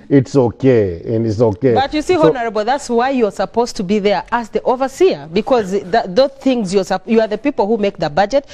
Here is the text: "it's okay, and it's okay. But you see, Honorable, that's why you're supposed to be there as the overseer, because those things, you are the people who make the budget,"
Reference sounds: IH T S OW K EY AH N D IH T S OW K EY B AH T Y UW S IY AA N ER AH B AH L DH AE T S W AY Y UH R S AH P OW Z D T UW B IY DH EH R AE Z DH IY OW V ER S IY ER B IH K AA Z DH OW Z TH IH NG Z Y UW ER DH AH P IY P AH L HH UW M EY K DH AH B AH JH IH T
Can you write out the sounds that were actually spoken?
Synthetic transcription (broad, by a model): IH T S OW K EY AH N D IH T S OW K EY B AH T Y UW S IY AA N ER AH B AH L DH AE T S W AY Y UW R S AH P OW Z T UW B IY DH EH R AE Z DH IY OW V ER S IY ER B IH K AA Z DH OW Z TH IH NG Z Y UW ER DH AH P IY P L HH UW M EY K DH AH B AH JH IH T